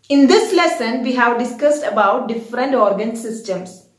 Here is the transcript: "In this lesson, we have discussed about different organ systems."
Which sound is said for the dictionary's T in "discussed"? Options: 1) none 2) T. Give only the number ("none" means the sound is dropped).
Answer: 2